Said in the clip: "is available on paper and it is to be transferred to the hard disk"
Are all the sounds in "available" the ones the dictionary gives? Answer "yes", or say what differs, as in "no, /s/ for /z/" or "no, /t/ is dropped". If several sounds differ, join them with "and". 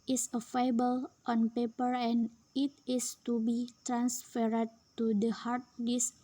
no, /f/ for /v/